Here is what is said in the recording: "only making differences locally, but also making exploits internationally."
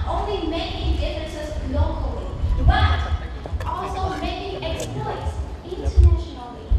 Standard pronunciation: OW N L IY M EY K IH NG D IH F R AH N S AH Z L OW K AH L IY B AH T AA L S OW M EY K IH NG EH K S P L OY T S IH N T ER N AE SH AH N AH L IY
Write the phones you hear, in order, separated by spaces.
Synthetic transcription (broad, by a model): OW N L IY M EY K IH NG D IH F AH S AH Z L OW K AH L IY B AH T AA L S OW M EY K IH NG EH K S P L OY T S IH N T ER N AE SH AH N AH L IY